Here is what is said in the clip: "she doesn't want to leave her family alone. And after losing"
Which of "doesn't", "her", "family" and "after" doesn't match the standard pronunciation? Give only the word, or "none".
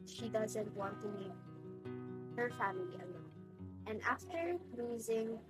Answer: none